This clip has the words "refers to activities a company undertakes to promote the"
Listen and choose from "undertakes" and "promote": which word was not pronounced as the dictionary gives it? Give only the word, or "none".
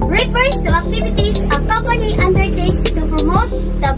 undertakes